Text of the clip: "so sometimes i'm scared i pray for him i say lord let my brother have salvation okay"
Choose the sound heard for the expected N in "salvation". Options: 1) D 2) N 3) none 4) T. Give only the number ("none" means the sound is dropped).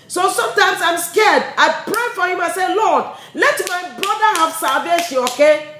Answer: 3